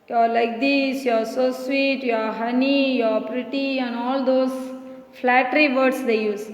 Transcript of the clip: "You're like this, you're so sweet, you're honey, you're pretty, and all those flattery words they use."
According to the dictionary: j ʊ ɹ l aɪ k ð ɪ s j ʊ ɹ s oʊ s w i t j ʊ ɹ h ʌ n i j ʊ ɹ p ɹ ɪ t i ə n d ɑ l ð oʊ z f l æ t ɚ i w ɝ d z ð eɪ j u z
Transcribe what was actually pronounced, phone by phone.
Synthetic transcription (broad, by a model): j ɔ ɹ l aɪ k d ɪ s j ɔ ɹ s oʊ s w i t j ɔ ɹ h ʌ n i j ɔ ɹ p ɹ ɪ t i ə n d ɑ l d oʊ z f l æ t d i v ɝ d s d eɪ j u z